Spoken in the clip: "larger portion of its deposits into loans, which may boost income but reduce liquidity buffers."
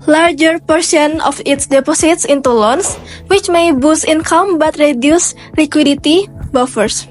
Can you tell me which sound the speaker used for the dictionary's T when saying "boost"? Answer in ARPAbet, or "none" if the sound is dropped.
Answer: none